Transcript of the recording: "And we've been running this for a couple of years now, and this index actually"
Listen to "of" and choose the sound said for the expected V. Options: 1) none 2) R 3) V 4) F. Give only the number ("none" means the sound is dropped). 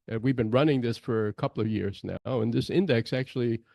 3